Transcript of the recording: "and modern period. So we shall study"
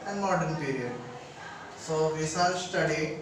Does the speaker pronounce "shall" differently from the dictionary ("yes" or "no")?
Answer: yes